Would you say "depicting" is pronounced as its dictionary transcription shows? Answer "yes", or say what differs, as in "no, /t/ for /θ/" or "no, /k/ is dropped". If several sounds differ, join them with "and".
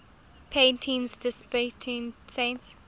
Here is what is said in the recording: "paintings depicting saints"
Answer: no, /k/ is dropped